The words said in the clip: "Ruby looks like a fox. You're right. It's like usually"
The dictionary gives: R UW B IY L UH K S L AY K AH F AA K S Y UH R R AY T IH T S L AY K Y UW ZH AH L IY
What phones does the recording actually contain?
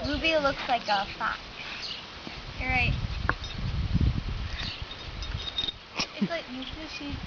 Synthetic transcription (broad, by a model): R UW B IY L UH K S L AY K AH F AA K Y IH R R AY T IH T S L AY K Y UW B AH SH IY